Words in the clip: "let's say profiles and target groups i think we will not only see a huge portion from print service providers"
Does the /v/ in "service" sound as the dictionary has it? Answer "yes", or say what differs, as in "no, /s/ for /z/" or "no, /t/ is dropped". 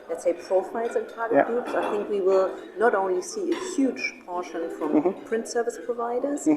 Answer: yes